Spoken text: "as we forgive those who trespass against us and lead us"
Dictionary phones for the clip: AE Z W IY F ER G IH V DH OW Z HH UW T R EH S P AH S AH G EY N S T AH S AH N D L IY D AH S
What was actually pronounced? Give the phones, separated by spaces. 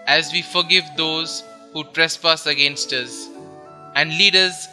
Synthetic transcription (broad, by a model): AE Z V IY F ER G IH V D OW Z HH UW T R EH S P AH S AH G EY N S T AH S AH N D L IY D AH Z